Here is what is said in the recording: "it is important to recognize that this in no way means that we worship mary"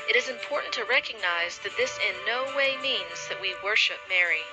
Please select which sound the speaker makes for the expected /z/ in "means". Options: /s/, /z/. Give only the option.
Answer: /z/